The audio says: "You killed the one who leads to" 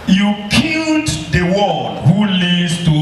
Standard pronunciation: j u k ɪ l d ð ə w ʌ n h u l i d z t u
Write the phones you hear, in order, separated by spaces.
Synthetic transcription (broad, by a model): j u k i l d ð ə w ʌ l h u l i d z t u